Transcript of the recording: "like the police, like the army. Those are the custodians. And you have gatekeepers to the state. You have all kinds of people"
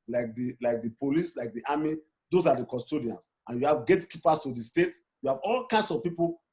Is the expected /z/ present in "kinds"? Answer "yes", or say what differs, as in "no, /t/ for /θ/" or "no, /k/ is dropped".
no, /s/ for /z/